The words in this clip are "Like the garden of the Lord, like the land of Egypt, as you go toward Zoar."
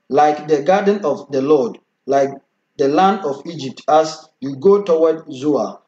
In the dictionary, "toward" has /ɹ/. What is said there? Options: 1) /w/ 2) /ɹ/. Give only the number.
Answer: 1